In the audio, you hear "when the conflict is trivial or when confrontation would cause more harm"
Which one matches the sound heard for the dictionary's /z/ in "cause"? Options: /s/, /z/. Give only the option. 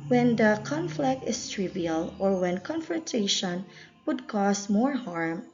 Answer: /s/